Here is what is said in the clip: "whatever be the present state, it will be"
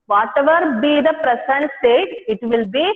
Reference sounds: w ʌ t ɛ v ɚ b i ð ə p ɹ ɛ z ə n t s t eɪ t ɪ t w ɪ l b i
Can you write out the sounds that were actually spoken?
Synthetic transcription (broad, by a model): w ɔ t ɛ v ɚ b i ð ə p ɹ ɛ s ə n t s t eɪ t ɪ t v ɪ l b i